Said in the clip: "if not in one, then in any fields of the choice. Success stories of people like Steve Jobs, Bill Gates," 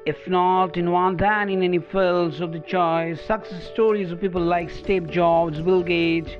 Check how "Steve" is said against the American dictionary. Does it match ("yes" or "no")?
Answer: no